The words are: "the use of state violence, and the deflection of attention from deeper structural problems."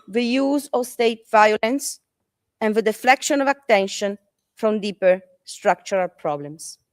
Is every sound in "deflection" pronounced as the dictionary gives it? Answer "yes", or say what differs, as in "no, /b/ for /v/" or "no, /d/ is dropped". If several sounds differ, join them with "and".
yes